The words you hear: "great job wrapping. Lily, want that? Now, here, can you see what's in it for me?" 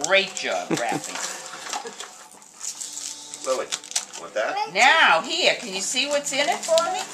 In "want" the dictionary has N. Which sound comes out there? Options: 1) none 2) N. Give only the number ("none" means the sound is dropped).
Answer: 1